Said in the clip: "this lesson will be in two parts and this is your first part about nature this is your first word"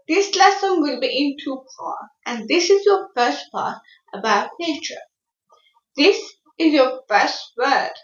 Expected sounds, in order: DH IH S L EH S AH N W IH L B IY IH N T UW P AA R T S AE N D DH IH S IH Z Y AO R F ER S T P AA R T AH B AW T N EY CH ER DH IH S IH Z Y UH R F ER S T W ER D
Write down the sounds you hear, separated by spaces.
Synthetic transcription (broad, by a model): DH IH S L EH S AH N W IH L B IY IH N T UW F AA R T AE N D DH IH S IH Z Y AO F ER S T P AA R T AH B AW T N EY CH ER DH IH S IH Z Y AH F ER S T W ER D